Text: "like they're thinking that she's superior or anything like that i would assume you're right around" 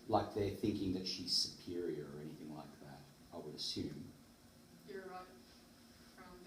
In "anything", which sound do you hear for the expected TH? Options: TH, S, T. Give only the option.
TH